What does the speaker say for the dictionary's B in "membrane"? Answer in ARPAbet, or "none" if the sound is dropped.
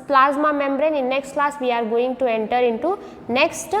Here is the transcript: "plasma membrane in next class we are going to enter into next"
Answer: B